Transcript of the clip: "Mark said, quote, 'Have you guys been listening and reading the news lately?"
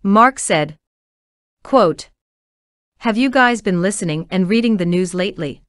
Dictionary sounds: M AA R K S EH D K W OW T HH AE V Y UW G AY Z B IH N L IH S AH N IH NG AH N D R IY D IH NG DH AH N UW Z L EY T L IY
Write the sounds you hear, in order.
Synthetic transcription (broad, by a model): M AA R K S EH D K W OW T HH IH V Y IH G AY Z B IH N L IH S AH N IH NG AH N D R IY D IH NG DH AH N UW Z L EY T L IY